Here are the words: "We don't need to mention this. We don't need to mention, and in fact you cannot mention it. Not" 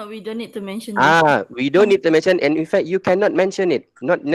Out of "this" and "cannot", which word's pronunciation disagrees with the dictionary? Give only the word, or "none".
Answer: this